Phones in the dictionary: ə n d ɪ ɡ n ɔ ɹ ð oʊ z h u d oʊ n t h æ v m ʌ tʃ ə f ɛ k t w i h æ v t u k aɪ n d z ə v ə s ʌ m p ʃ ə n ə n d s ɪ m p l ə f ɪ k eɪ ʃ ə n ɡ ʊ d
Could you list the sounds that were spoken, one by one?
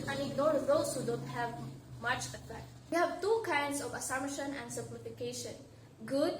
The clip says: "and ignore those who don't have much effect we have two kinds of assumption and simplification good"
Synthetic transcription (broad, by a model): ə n ɪ ɡ n ɔ ɹ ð oʊ s h u d oʊ n t h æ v m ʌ tʃ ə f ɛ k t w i h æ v t u k aɪ n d s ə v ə s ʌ m ʃ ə n ə n d s ɪ m p l ə f ɪ k eɪ ʃ ə n ɡ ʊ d